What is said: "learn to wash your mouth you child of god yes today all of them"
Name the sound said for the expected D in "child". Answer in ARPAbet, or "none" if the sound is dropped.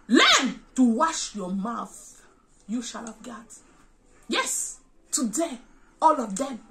none